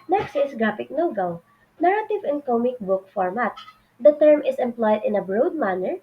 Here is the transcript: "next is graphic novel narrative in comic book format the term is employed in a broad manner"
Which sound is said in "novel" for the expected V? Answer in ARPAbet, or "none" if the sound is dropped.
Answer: W